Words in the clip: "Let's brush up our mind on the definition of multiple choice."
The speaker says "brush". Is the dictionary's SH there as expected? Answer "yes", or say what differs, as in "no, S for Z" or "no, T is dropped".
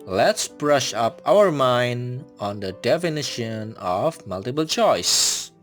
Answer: yes